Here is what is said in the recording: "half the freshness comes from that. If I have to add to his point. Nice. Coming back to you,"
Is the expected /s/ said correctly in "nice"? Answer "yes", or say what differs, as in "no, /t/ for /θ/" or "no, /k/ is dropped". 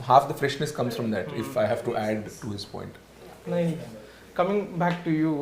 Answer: no, /s/ is dropped